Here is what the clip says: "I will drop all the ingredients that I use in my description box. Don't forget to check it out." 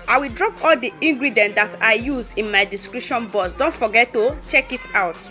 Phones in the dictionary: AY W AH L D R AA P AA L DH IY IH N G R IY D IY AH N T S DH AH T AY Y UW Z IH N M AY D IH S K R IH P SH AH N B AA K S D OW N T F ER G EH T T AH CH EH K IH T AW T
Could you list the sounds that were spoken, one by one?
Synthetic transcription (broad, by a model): AY W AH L D R AA P AA L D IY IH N G R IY D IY N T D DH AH T AY Y UW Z IH N M AY D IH S K R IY P SH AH N B AA S D OW N T F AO G EH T T AH CH EH K IH T AW T